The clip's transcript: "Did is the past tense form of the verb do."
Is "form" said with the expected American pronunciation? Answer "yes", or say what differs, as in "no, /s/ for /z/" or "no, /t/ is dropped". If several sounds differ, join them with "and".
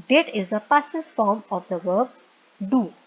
yes